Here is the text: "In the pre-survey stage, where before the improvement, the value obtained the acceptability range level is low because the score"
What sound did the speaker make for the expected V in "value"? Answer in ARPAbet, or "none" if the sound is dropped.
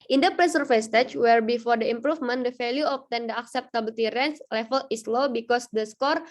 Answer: F